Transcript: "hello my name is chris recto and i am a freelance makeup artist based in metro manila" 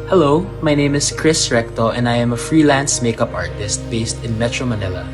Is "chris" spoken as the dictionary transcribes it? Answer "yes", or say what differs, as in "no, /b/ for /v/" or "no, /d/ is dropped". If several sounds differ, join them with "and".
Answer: yes